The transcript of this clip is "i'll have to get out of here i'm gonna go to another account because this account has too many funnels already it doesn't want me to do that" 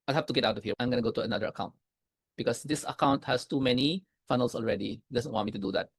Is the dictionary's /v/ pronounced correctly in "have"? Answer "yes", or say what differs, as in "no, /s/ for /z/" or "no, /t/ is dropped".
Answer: no, /f/ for /v/